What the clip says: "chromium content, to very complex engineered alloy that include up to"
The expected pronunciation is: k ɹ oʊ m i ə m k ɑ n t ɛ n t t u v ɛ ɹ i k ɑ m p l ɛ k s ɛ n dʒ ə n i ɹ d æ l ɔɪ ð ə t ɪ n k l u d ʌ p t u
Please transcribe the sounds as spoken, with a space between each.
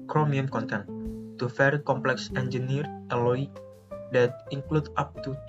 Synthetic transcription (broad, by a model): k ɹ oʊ m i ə m k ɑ n t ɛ n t t u f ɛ ɹ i k ɑ m p l ɛ k s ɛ n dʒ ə n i ɹ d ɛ l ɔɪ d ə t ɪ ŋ k l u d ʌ p t u